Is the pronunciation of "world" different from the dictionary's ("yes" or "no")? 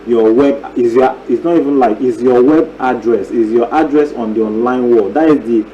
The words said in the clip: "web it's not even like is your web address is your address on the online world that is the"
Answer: yes